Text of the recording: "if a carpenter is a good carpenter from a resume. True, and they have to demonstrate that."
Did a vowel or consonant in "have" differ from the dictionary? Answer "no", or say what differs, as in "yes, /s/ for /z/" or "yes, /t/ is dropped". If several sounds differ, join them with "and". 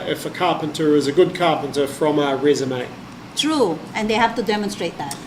yes, /f/ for /v/